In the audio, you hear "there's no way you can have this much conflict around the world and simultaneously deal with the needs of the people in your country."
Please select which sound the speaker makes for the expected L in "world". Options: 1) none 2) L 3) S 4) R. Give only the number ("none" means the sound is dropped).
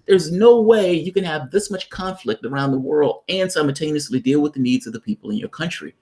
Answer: 2